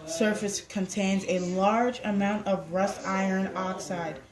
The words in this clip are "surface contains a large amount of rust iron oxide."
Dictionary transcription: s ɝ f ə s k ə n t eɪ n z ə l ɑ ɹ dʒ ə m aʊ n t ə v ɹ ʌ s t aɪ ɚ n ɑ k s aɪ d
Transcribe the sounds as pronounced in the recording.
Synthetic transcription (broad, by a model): s ɝ f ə s k ə n t eɪ n z ə l ɑ ɹ dʒ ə m aʊ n t ə v ɹ ʌ s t aɪ ɚ n ɑ k s aɪ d